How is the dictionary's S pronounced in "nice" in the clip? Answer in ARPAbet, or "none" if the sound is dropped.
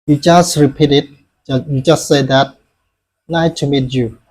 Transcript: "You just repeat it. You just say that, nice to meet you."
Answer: none